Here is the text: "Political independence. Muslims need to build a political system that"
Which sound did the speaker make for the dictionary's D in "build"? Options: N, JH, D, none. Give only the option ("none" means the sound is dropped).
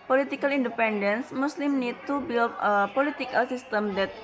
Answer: none